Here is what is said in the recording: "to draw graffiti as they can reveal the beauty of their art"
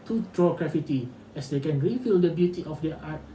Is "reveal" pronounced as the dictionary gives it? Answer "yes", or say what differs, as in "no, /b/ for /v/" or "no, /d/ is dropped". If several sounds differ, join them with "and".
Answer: no, /f/ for /v/